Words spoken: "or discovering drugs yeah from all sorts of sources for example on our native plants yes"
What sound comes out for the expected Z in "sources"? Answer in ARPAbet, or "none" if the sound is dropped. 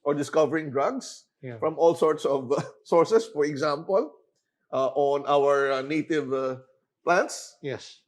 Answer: S